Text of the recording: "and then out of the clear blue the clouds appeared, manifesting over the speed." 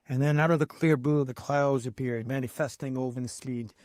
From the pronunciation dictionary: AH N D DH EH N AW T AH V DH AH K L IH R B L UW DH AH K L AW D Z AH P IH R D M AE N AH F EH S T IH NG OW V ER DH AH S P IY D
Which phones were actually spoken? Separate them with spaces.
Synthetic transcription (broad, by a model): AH N DH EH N AW T AH V DH AH K L IH R B UW DH AH K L AW Z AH P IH R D M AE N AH F EH S T IH NG OW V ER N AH S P IY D